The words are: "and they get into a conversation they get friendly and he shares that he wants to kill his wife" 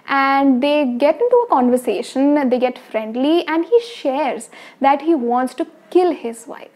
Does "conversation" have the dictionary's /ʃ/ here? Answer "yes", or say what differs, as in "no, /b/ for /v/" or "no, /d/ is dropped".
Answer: yes